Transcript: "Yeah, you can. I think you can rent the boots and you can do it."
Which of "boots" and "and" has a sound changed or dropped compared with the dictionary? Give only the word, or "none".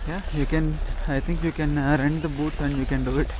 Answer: none